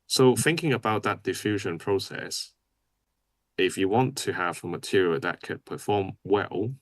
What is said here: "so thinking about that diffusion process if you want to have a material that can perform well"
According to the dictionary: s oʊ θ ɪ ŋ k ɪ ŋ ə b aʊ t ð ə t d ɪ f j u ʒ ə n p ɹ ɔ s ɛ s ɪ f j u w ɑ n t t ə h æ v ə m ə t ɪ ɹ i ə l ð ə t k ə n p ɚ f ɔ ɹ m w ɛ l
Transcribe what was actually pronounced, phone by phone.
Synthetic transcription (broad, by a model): s oʊ θ ɪ ŋ k ɪ ŋ ə b aʊ t ð ə t d ɪ f j u ʒ ə n p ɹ ɔ s ɛ s ɪ f j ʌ w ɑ n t t ə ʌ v ə m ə t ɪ ɹ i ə ð ə t k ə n p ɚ f ɔ m w ɛ l